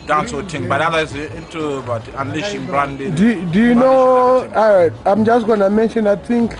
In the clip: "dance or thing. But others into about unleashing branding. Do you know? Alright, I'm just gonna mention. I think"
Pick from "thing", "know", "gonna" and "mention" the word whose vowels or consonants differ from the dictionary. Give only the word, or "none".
thing